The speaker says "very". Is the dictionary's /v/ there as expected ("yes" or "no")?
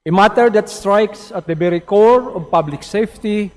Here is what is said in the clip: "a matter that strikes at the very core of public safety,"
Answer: no